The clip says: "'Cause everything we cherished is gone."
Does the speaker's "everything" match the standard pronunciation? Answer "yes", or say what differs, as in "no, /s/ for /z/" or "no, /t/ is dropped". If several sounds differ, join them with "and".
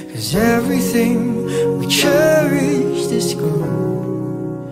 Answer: yes